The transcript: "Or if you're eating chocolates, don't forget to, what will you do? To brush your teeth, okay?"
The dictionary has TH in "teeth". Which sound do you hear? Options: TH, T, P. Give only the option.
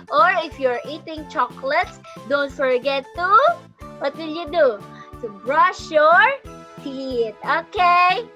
T